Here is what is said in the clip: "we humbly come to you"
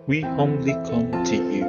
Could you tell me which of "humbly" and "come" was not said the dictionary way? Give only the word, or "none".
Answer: humbly